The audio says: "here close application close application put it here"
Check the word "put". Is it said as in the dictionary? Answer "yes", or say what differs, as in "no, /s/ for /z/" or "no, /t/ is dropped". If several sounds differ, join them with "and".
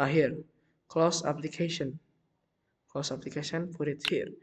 no, /f/ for /p/